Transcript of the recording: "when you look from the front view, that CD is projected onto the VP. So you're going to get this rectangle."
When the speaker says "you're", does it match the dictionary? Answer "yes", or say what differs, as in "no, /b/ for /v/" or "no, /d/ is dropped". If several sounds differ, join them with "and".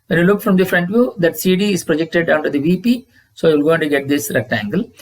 no, /l/ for /ɹ/